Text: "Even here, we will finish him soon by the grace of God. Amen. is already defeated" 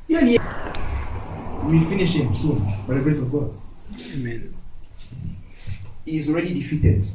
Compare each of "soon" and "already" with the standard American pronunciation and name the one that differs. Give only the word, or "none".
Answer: none